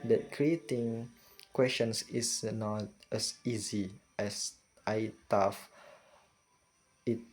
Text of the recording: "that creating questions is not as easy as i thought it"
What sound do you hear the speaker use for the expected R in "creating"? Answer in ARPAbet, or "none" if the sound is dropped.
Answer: R